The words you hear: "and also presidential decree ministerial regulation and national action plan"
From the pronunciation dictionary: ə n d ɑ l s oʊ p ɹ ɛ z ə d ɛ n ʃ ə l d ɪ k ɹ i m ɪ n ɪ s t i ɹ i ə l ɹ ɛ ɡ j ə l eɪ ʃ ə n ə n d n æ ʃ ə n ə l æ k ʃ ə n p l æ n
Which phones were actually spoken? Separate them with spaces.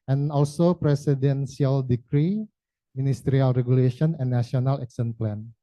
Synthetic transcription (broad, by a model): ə n ɑ l s oʊ p ɹ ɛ s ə d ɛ n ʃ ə l d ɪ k ɹ i m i n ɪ s t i ɹ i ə l ɹ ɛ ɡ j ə l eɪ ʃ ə n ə n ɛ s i ə n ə l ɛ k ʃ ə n p l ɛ n